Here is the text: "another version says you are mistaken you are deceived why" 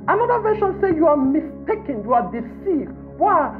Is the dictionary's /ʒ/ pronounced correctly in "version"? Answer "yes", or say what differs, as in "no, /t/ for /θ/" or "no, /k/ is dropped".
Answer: no, /ʃ/ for /ʒ/